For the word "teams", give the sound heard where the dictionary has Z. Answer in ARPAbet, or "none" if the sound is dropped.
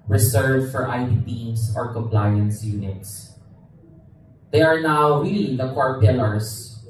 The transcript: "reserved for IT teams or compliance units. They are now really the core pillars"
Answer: S